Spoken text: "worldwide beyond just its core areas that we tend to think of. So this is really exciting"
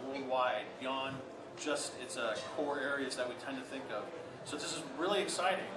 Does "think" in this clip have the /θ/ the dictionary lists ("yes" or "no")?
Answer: yes